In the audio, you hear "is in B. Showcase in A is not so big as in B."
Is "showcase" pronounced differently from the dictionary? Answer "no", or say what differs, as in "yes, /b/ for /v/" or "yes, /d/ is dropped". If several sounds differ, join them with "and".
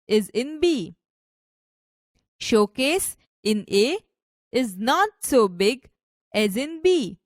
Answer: no